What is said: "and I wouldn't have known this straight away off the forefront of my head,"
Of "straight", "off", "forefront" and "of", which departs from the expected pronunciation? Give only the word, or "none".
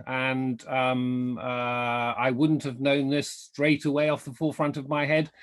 none